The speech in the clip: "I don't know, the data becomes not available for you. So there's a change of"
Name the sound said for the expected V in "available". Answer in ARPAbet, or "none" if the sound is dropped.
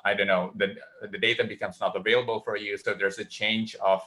V